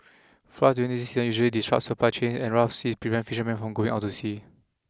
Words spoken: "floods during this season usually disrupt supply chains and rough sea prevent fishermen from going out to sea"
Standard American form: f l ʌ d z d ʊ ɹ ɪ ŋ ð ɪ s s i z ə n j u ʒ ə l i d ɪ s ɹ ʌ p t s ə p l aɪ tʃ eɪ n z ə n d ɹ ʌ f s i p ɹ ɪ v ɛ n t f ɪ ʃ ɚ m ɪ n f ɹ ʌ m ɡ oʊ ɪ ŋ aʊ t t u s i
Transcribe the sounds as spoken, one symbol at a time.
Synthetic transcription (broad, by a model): f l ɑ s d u ɪ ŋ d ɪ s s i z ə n j u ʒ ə l i d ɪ s ɹ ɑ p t s ə p l aɪ tʃ eɪ n s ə n ɹ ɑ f s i p ɹ ɪ v ɛ n t f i ʃ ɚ m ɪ n f ɹ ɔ m ɡ oʊ ɪ ŋ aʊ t t u s i